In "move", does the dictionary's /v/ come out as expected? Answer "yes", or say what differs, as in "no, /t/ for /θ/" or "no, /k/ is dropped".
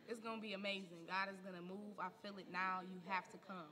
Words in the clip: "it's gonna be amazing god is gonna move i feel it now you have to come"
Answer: yes